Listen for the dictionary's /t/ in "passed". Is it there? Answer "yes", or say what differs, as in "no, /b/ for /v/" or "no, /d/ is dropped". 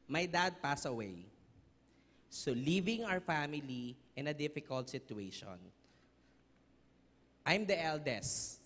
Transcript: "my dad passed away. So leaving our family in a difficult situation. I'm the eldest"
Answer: no, /t/ is dropped